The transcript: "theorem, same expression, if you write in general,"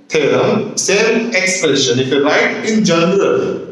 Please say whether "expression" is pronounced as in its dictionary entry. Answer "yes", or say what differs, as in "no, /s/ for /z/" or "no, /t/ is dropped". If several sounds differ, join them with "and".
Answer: no, /ɹ/ is dropped